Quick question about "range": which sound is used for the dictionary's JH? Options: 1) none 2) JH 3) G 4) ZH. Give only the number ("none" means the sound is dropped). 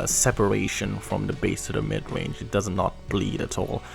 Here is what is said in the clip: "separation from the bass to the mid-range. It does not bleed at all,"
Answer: 2